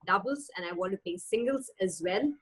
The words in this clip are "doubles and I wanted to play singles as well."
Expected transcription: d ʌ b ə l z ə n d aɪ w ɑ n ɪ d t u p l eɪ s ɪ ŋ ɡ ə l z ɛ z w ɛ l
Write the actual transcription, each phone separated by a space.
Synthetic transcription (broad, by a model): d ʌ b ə l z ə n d aɪ w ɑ n t u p eɪ s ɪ ŋ ɡ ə l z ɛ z w ɛ l